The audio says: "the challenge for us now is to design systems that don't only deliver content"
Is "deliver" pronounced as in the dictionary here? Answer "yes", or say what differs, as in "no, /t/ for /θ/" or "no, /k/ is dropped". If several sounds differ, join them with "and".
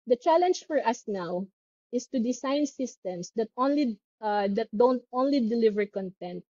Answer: yes